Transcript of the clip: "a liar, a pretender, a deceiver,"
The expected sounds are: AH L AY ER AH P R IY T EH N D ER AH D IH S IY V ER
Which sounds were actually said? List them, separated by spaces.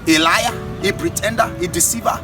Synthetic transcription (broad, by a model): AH L AY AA AH B R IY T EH N D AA AH D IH S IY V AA